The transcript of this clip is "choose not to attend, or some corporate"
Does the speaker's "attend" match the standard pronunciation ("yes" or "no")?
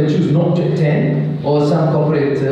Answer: no